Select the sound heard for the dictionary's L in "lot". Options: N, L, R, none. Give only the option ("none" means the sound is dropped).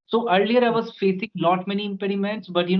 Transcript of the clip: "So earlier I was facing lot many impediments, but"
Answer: N